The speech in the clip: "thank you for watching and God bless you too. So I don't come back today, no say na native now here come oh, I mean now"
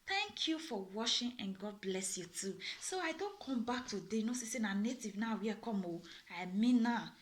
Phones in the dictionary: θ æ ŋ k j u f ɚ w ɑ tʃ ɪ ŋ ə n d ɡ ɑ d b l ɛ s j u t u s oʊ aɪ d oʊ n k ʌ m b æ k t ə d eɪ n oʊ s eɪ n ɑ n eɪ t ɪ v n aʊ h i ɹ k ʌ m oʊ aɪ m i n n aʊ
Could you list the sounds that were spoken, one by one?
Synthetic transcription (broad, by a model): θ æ ŋ k j u f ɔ w ɑ ʃ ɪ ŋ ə n ɡ ɑ d b l ɛ s j u t u s oʊ aɪ d oʊ n k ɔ m b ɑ k t ə d eɪ n oʊ s eɪ n ɑ n eɪ t ɪ v n aʊ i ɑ k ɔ m oʊ aɪ m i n n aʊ